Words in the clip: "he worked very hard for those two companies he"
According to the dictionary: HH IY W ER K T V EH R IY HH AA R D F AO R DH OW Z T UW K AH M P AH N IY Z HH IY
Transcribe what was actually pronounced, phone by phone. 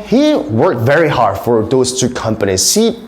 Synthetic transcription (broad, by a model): HH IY W ER K T V EH R IY HH AA R D F AO R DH OW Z T UW K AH M P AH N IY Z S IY